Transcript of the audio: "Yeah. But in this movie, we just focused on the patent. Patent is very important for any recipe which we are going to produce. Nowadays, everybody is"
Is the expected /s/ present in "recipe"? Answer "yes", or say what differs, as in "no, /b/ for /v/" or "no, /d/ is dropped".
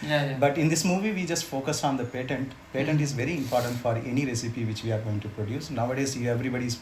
yes